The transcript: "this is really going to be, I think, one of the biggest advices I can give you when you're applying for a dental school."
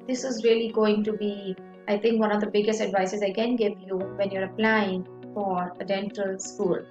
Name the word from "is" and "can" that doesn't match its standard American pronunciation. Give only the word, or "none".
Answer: none